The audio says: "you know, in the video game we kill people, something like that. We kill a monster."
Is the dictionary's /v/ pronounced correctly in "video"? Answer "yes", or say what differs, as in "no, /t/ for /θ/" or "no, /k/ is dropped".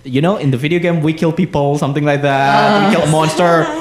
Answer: yes